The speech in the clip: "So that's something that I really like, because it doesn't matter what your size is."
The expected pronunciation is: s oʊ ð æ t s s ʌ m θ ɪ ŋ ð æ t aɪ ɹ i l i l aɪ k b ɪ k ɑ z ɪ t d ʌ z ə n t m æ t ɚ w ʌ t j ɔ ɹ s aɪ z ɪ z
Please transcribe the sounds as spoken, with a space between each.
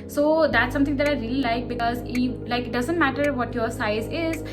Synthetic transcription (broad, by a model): s oʊ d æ t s s ʌ m t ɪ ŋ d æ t aɪ ɹ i l i l aɪ k b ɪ k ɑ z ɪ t d ʌ z ə n t m æ t ɚ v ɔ t j ɔ ɹ s aɪ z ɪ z